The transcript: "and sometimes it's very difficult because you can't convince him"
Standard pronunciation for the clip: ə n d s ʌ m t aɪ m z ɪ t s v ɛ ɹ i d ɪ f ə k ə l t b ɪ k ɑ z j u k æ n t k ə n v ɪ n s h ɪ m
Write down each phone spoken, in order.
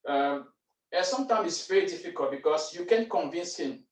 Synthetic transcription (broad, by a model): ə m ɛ s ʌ m t aɪ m ɪ t s v ɛ ɹ i d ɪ f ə k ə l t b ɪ k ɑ s j u k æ n k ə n v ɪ n s h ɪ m